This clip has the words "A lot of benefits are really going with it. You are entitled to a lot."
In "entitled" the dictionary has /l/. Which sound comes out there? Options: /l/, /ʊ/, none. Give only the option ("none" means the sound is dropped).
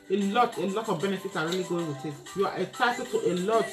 none